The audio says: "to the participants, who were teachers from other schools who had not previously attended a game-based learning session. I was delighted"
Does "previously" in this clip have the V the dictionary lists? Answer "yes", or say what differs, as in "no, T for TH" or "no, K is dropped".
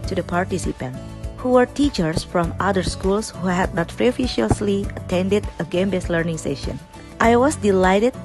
no, F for V